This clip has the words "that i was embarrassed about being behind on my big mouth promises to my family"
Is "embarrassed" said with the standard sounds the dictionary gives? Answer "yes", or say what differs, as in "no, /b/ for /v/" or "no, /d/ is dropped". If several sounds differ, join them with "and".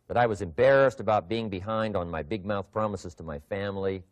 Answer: yes